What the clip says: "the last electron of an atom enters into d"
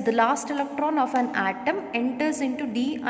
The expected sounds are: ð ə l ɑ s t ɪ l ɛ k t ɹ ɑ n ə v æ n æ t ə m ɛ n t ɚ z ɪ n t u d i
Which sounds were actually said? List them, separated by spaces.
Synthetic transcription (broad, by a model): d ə l ɑ s t ɪ l ɛ k t ɹ ɑ n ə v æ n æ t ə m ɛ n t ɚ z ɪ n t u d i